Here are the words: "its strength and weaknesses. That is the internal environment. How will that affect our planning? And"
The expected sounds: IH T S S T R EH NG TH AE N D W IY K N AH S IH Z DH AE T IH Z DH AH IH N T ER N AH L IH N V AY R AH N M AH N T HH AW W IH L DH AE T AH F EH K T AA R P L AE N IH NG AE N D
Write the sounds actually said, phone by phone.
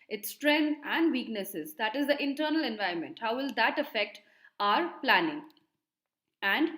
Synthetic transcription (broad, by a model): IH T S S T R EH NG AE N D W IY K N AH S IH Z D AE T IH Z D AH IH N T ER N AH L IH N V AY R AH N M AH N T HH AW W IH L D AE T AH F EH K T AA R P L AE N IH NG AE N D